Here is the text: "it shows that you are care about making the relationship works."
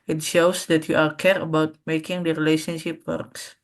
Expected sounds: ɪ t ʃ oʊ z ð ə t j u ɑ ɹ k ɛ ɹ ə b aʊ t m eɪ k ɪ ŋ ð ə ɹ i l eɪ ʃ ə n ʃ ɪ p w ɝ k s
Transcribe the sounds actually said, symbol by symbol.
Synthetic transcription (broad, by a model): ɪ t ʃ oʊ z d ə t j u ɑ l k ɛ ɹ ə b aʊ t m eɪ k ɪ ŋ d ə ɹ i l eɪ ʃ ə n ʃ ɪ p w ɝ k s